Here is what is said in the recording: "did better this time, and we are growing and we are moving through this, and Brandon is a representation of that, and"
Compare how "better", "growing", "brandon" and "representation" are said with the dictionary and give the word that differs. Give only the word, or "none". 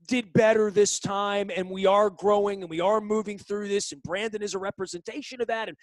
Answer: none